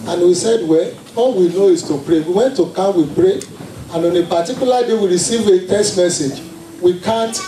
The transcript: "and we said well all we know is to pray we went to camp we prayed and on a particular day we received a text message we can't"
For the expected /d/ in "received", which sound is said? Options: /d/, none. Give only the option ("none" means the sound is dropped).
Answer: none